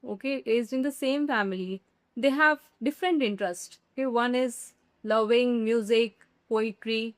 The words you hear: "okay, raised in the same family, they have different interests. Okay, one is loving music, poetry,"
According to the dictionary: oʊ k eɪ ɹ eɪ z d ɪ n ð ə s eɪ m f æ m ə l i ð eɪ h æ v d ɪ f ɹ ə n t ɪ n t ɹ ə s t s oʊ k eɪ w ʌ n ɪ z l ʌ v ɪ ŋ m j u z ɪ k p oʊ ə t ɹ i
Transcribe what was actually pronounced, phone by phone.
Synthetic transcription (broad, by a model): oʊ k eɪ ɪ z ɪ n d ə s eɪ m f æ m ə l i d eɪ h æ v d ɪ f ɹ ə n t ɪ n t ɹ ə s t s oʊ k eɪ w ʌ n ɪ z l ʌ v ɪ ŋ m j u z ɪ k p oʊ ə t ɹ i